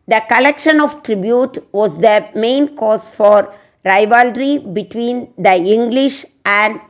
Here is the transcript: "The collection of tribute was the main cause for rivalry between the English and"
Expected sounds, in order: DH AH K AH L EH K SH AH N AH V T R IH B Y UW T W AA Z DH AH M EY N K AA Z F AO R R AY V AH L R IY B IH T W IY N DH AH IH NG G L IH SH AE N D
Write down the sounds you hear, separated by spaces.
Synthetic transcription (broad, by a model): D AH K AH L EH K SH AH N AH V T R IH B Y UW T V AA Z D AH M EY N K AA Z F AO R R AY V AH L R IY B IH T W IY N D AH IH NG G L IH SH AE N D